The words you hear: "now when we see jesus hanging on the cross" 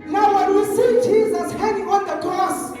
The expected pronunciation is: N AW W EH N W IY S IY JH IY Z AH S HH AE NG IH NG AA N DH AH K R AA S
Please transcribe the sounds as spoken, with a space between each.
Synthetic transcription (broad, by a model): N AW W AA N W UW S IY JH IY Z AH S HH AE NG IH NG AA N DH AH K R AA S